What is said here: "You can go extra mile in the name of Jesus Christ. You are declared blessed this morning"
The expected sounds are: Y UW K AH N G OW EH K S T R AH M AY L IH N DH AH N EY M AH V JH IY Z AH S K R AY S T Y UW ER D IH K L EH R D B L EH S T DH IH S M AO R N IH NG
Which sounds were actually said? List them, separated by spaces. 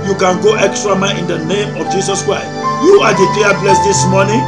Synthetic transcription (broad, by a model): Y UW K AH N G OW EH K S T R AH M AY IH N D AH N EY M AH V JH IY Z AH S K R AY S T Y UW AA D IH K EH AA B L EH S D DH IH S M AO N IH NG